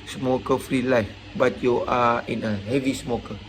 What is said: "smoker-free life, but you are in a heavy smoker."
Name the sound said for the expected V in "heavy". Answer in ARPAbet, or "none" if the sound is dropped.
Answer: V